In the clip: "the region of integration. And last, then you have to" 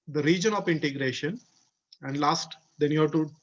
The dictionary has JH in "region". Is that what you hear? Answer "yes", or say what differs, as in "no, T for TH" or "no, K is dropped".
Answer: yes